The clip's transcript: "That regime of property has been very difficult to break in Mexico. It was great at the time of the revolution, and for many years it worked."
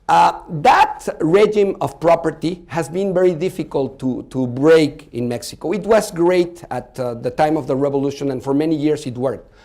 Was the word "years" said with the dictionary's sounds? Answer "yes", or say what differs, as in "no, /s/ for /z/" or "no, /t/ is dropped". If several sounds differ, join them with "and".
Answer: no, /s/ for /z/